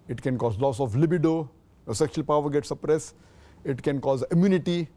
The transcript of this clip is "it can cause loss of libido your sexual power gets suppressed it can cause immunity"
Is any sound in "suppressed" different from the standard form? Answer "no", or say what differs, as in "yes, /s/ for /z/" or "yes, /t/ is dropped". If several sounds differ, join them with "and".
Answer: yes, /t/ is dropped